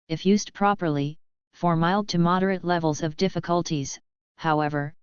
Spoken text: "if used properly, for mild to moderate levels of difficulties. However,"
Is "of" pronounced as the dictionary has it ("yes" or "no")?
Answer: yes